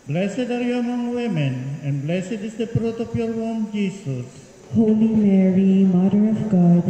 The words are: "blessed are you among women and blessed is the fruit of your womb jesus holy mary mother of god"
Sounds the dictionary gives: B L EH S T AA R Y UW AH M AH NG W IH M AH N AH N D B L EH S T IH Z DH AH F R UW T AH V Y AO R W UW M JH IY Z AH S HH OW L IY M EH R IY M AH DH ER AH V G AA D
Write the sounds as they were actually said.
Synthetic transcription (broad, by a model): B L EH S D AA R Y UW AH M AH NG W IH M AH N AH N D B L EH S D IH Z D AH P R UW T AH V Y AO R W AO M JH IY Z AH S HH OW L IY M EH R IY M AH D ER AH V G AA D